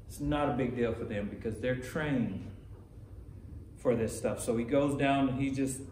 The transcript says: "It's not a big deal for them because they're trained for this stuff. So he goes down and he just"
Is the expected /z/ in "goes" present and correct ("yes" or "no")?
yes